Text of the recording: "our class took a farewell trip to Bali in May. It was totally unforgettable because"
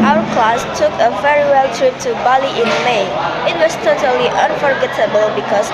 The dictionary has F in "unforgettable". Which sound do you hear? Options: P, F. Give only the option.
F